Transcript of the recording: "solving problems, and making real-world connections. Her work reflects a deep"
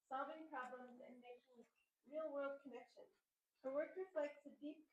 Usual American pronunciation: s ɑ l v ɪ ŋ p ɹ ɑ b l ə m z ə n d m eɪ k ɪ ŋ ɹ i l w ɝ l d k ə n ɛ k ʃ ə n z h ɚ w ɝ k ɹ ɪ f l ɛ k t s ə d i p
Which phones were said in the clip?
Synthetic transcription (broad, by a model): s ɑ l v ɪ ŋ p ɹ ɑ b l ə m z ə n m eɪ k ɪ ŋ ɹ i l w ɝ l d k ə n ɛ k ʃ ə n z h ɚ w ɝ k ɹ ɪ f l ɛ k t s ə d i p